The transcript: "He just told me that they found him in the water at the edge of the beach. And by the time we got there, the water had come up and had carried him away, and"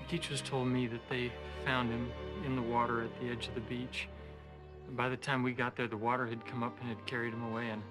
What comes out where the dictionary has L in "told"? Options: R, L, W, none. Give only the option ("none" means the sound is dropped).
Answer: L